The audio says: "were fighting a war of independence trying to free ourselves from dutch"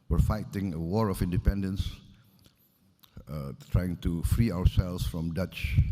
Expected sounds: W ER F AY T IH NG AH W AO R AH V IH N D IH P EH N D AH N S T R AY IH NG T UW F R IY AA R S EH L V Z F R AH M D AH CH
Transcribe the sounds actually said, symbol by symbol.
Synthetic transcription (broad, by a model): W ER F AY T IH NG AH W AO R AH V IH N D IH P EH N D AH N S T R AY IH NG T UW F R IY AA W S EH L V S F R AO M D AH CH